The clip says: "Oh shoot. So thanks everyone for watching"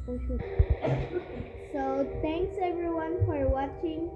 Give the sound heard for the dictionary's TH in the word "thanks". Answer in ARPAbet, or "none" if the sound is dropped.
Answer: T